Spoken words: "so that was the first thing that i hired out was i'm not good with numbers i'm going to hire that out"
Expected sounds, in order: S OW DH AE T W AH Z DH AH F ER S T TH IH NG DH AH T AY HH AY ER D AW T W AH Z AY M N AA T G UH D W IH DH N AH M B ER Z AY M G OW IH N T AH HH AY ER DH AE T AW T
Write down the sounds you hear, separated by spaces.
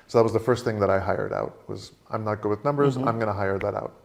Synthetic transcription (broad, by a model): S OW DH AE T W AH Z DH AH F ER S T TH IH NG DH AH T AY HH AY ER D AW T W AH Z AY M N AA T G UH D W IH DH N AH M B ER Z AY M G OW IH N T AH HH AY ER DH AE T AW T